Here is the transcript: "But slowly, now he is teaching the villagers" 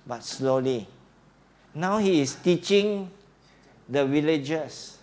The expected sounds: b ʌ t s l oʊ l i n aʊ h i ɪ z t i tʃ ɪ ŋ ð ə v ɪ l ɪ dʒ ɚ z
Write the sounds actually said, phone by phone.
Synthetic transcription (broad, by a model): b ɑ t s l oʊ l i n aʊ h i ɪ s t i tʃ ɪ ŋ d ə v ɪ l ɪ dʒ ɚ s